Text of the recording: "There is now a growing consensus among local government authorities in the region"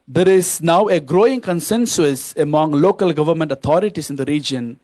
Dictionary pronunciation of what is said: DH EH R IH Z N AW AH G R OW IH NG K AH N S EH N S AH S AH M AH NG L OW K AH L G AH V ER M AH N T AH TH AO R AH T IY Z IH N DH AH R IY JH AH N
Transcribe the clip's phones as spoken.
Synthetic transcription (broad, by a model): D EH R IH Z N AW AH G R OW IH NG K AH N S EH N S AH S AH M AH NG L OW K AH L G AH V ER M AH N T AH T AO R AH T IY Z IH N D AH R IY JH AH N